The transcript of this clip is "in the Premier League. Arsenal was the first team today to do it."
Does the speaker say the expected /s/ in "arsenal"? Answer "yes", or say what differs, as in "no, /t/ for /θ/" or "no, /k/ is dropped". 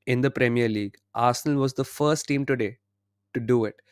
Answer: yes